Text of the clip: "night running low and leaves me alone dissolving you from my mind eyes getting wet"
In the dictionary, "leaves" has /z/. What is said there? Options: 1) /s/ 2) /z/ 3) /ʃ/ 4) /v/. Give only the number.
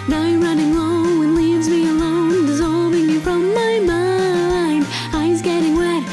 2